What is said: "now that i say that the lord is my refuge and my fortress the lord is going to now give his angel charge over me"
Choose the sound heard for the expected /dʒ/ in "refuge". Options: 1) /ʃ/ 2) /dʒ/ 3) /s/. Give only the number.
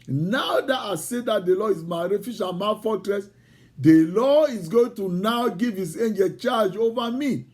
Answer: 1